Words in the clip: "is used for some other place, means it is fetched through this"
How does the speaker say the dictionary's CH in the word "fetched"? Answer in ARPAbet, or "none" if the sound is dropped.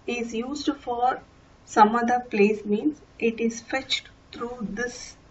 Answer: CH